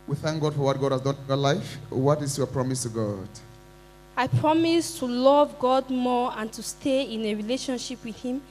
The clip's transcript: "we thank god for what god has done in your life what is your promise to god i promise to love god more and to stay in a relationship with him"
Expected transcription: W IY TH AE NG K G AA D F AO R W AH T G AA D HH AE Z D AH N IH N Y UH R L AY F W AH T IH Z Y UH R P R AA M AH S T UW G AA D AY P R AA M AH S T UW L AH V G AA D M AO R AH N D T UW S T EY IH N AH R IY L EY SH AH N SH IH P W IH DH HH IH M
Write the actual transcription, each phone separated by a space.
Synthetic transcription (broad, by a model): W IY TH AE NG K G AA D F AO R W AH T G AA D HH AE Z D AH N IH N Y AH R L AY F W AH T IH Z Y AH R P R AA M AH S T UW G AA D AY P R AA M AH S T UW L AH V G AA D M AO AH N T UW S T EY IH N AH R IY L EY SH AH N SH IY P W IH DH HH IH M